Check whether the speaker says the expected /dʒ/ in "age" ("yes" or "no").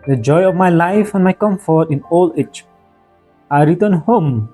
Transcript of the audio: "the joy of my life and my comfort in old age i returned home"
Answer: no